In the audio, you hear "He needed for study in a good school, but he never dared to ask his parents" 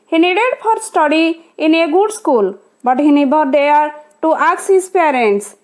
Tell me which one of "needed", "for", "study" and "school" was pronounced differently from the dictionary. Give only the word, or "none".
for